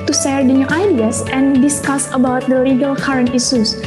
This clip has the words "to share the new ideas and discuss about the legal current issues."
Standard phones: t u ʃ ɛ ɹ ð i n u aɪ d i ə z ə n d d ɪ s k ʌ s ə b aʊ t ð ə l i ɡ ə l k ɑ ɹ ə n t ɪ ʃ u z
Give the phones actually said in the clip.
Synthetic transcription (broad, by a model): t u s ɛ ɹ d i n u aɪ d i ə s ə n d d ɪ s k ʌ s ə b aʊ t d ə l i ɡ ə l k ɑ ɹ ə n t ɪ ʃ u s